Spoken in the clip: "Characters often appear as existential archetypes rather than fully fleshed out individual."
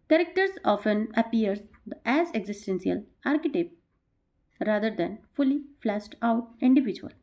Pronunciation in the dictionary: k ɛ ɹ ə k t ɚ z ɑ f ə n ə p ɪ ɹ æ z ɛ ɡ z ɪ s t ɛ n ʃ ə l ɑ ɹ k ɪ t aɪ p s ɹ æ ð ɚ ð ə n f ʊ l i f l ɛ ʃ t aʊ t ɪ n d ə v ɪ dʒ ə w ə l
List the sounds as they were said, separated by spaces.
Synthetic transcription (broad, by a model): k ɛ ɹ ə k t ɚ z ɑ f ə n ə p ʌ ɹ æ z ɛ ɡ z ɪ s t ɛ n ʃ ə l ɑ ɹ k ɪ t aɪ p ɹ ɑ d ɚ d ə n f ʊ l i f l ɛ s t aʊ t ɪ n d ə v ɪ dʒ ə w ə l